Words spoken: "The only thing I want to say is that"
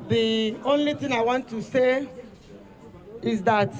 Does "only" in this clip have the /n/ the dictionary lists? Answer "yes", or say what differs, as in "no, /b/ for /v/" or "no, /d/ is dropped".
yes